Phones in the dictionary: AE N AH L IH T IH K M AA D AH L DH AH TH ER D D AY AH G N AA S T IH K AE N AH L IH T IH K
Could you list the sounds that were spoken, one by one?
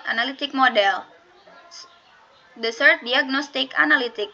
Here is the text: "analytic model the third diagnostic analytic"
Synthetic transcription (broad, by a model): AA N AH L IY T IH K M AA D AH L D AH S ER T D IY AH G N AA S T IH K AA N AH L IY T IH K